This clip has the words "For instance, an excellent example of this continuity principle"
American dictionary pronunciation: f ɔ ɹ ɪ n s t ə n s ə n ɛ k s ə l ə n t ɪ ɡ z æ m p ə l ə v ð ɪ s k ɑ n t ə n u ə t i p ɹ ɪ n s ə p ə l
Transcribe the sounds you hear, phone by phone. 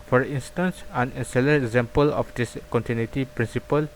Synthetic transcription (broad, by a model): f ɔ ɹ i n s t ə n s ə n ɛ s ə l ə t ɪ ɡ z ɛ m p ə l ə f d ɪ s k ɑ n t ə n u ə t i p ɹ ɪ n s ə p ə l